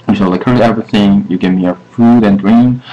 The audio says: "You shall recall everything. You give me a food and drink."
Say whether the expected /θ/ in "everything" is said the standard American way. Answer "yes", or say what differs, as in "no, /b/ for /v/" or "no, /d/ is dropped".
yes